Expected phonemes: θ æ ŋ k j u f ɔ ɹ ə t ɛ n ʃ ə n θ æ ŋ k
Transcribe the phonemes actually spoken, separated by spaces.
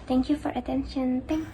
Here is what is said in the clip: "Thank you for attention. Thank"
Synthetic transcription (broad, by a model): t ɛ ŋ k j u f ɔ ɹ ə t ɛ n ʃ ə n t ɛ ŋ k